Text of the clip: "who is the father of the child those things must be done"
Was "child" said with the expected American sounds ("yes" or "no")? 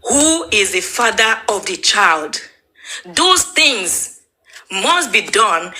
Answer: yes